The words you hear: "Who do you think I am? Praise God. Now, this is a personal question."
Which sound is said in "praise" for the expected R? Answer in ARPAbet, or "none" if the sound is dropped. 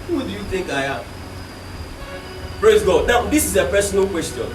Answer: R